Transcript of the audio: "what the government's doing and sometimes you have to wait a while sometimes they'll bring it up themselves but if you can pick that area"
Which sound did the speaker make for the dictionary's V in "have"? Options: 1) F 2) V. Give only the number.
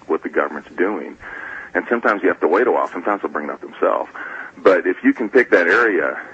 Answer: 1